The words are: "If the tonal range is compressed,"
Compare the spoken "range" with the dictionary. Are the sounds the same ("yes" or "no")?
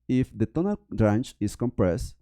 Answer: no